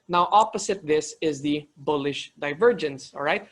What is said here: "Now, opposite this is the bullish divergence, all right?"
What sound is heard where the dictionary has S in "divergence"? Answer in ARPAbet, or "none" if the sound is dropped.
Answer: S